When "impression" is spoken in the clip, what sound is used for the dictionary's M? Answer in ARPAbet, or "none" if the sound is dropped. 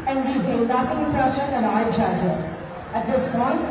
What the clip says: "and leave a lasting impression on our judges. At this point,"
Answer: none